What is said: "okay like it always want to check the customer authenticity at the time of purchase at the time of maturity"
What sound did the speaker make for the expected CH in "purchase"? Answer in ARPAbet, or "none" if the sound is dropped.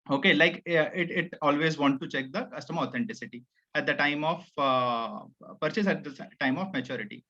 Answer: CH